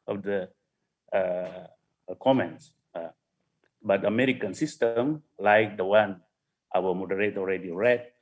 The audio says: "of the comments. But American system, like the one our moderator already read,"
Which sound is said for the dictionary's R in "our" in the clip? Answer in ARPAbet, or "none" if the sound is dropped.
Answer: L